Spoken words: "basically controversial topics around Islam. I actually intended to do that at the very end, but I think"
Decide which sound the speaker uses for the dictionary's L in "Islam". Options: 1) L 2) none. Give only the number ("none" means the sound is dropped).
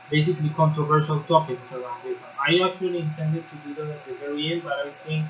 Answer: 2